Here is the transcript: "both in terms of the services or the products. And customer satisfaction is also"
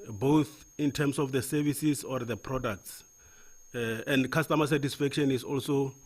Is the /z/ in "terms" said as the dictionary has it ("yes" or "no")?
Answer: no